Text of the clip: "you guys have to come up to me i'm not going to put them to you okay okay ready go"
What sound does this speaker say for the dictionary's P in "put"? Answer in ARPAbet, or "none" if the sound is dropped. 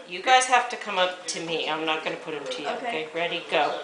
P